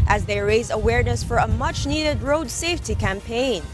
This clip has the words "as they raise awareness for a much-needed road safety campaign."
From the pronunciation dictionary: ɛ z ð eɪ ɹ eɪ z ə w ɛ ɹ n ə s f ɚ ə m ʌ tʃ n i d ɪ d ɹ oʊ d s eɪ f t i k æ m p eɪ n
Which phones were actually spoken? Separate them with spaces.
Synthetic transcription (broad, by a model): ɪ z ð eɪ ɹ eɪ z ə w ɛ ɹ n ə s f ɚ ə m ʌ tʃ n i d ɪ d ɹ oʊ d s eɪ f t i k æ m p eɪ n